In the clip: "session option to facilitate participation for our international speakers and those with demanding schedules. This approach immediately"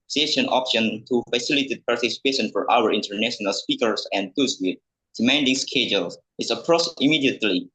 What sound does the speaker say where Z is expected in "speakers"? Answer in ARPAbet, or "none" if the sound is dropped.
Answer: S